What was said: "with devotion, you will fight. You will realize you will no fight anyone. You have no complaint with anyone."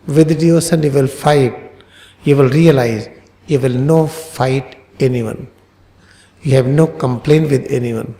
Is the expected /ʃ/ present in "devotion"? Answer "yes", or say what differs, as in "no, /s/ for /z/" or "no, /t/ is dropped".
no, /s/ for /ʃ/